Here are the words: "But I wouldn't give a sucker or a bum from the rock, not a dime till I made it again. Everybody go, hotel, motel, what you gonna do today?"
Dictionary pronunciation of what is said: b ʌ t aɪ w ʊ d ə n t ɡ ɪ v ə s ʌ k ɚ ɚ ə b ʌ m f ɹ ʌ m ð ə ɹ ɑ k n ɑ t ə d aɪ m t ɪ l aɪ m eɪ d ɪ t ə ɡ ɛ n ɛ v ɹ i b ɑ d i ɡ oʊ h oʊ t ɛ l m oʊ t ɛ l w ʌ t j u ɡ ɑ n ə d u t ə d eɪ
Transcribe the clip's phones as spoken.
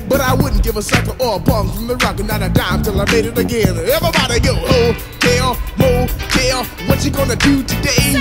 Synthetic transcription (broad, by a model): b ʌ t aɪ w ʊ d n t ɡ ɪ v ə s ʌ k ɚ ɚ ə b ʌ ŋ f ɹ ʌ m ð ə ɹ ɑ k n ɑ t ə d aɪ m t ɪ l aɪ m eɪ d ɪ t ə ɡ ɛ n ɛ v i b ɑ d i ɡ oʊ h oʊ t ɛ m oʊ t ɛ w ʌ t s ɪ ɡ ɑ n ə d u t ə d eɪ